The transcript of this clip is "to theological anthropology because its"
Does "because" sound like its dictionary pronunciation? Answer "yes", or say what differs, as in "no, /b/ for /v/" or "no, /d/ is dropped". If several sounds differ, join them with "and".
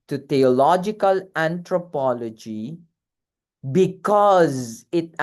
yes